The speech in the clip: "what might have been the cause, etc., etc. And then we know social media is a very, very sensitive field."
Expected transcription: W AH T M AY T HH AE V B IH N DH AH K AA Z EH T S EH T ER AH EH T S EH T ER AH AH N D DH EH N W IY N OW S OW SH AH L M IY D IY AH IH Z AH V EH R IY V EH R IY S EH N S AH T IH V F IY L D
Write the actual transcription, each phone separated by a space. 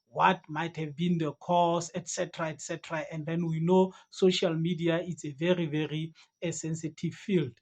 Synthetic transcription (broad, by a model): W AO T M AY T HH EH V B IH N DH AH K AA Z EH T S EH T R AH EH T S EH T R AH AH N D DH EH N W IY N OW S OW SH AH L M IY D IY AH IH S AH V EH R IY V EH R IY S EH N S AH T IH V F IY L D